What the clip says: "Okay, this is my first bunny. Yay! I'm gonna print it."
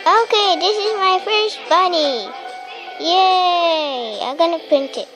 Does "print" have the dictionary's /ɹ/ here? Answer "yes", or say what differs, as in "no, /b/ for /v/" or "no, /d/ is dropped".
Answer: yes